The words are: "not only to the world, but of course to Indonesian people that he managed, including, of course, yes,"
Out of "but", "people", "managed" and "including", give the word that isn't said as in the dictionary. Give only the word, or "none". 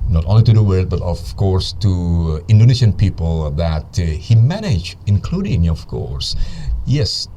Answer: managed